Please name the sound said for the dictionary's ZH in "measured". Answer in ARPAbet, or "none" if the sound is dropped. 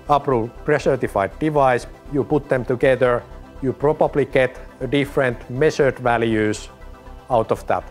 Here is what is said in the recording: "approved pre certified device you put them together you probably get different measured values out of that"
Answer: S